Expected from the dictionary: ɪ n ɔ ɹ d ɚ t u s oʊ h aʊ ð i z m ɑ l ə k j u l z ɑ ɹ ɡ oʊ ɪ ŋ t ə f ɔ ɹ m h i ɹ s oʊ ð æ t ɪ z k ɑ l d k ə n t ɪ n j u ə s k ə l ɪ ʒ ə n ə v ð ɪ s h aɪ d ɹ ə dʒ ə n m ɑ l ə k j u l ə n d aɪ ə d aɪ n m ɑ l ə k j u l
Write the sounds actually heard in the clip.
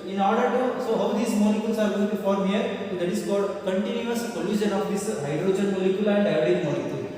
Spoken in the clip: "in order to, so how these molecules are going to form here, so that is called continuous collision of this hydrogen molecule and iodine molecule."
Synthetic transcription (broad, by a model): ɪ n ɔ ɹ d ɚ t u s oʊ h aʊ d i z m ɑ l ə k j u l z ɑ ɹ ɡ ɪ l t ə f ɔ ɹ m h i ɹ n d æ t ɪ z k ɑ d k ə n t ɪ n j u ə s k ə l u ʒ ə n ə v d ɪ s h aɪ d ɹ ə dʒ ə n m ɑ l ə k j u l ə n d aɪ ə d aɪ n m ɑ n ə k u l